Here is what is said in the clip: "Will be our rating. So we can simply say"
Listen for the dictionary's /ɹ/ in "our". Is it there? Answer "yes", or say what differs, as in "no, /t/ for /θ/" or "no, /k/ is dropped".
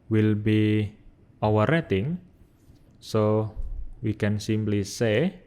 no, /w/ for /ɹ/